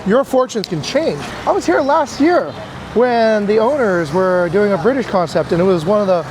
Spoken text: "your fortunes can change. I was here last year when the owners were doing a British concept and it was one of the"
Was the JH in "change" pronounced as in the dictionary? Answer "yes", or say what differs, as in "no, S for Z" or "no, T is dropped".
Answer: yes